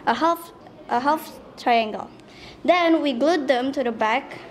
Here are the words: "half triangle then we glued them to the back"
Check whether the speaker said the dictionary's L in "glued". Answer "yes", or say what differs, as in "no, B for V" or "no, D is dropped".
yes